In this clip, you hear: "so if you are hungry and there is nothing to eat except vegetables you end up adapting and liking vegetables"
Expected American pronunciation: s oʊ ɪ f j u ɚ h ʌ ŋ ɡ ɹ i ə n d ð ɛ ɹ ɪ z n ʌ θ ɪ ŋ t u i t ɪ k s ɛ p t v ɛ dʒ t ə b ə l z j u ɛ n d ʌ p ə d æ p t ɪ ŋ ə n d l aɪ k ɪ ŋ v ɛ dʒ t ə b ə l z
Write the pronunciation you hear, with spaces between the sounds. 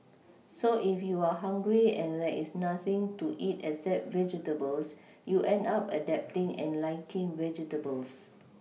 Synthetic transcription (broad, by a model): s oʊ ɪ f j u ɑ h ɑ ŋ ɡ ɹ i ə n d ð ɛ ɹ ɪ s n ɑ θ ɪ ŋ t u i t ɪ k s ɛ t v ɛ dʒ t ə b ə l s j u ɛ n d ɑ p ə d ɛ p t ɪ ŋ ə n l aɪ k ɪ ŋ v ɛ dʒ t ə b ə l s